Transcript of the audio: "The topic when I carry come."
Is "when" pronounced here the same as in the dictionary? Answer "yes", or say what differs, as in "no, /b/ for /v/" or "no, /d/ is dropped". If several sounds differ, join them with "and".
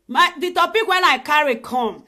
yes